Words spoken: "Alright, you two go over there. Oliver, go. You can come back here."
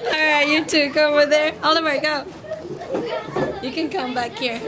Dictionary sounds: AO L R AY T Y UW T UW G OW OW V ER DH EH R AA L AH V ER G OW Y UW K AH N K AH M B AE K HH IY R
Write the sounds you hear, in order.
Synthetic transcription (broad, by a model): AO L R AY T Y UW T UW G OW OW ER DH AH R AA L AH W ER G OW Y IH K AH N K AH M B AE K HH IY R